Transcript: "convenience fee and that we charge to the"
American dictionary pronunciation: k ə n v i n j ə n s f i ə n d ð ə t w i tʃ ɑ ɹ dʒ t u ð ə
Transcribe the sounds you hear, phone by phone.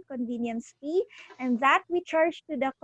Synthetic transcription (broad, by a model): k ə n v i n j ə n s p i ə n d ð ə t w i tʃ ɑ ɹ dʒ t u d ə